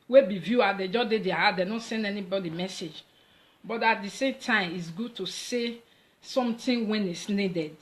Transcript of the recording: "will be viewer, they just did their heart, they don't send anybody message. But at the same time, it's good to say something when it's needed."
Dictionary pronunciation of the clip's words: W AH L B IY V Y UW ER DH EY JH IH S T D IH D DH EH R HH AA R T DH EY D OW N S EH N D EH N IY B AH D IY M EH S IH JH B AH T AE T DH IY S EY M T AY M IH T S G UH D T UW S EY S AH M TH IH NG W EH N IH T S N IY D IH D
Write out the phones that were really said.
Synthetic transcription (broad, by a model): W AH B IY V Y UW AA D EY JH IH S D IH D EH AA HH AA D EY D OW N S EH N D EH N IY B AH D IY M EH S IH JH B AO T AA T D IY S EY M T AY M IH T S G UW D T UW S EY S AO M T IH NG W EH N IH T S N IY D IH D